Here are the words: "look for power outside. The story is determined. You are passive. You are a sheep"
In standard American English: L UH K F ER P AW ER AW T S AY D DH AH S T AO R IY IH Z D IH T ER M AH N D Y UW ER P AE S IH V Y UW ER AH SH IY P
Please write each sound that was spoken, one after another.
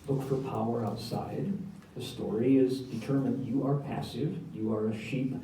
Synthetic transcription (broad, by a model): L UH K F ER P AW ER AW T S AY D DH AH S T AO R IY IH Z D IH T ER M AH N Y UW ER P AE S IH V Y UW ER AH SH IY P